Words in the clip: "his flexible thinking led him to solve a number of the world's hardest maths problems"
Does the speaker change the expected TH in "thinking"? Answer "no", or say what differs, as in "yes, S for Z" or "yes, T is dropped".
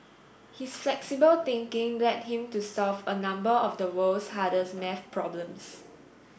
yes, T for TH